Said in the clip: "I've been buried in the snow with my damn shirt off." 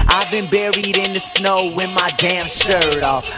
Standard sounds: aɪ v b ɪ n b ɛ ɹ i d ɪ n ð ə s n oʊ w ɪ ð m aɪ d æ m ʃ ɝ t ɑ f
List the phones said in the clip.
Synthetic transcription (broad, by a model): aɪ v b ɪ n b ɛ ɹ i d ɪ n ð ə s n oʊ w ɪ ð m aɪ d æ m s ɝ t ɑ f